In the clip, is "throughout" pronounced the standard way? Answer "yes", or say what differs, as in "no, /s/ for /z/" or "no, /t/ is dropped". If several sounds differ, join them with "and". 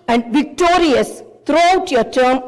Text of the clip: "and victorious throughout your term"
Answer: no, /t/ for /θ/